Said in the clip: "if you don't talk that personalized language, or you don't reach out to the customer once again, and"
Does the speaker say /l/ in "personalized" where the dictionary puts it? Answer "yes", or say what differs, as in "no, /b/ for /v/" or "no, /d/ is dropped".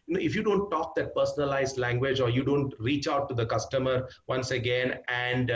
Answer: yes